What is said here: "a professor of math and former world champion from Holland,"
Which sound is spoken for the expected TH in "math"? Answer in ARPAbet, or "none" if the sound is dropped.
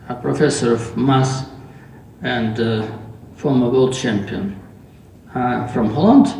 S